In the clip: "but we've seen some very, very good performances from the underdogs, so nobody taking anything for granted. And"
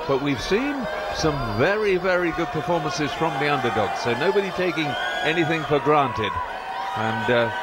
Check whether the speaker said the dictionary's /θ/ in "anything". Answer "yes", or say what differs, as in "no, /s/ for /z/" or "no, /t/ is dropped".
yes